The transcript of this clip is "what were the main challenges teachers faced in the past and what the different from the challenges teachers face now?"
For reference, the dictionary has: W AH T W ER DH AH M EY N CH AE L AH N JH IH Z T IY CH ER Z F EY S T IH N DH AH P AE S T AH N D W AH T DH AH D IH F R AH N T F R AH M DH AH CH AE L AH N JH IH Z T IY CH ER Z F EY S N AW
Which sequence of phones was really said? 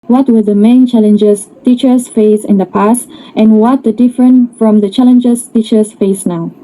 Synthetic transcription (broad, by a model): W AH T W ER DH AH M EY N CH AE L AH N JH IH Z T IY CH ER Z F EY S IH N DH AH P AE S T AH N W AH T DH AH D IH F R AH N T F R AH M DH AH CH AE L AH N JH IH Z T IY CH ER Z F EY S N AW